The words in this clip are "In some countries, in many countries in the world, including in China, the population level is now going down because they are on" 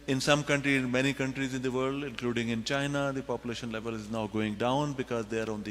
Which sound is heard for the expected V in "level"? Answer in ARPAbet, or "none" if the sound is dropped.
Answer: V